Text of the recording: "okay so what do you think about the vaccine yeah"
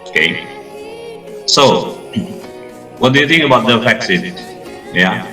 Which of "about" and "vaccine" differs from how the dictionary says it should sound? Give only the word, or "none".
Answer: vaccine